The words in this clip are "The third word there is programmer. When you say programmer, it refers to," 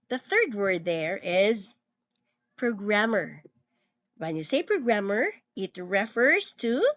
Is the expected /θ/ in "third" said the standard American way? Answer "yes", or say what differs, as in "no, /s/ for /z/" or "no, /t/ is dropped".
yes